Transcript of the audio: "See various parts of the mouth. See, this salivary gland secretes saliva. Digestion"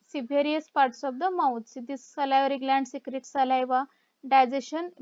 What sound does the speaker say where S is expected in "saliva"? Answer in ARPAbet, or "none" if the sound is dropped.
S